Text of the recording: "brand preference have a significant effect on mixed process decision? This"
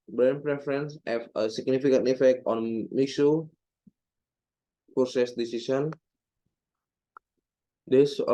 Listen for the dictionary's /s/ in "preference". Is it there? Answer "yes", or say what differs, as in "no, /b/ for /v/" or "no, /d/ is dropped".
yes